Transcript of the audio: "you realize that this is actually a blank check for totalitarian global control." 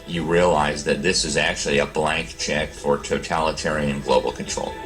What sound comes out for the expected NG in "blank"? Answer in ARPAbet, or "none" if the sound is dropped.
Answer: NG